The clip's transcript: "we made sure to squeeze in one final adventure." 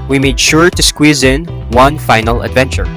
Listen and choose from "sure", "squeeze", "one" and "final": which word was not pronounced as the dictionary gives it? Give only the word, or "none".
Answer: none